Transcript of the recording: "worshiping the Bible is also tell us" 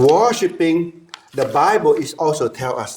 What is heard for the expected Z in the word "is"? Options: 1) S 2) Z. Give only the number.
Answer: 1